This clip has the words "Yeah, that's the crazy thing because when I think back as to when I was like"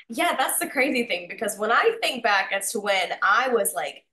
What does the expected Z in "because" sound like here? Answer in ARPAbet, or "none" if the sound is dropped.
Z